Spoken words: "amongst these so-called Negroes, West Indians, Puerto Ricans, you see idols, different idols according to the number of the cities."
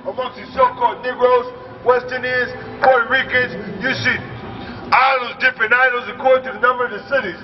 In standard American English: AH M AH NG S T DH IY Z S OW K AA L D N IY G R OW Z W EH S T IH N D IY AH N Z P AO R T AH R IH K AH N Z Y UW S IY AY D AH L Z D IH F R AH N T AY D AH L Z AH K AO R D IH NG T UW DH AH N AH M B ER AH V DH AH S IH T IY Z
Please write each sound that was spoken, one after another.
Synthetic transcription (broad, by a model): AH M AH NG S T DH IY S OW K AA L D N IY G R OW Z W EH S T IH N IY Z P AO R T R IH K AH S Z Y UW S IY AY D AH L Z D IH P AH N AY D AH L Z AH K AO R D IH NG T UW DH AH N AH M B ER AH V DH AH S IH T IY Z